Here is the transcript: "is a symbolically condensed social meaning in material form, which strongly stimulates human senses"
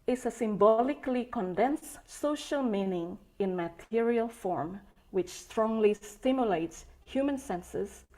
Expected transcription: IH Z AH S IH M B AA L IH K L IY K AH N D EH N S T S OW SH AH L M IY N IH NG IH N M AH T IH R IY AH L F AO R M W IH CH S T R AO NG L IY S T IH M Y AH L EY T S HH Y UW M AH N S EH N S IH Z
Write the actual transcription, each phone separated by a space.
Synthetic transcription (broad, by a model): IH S AH S IH M B AA L IH K L IY K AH N D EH N S S OW SH AH L M IY N IH NG IH N M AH T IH R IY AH L F AO R M W IH CH S T R AO NG L IY S T IH M Y AH L EY T S HH Y UW M AH N S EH N S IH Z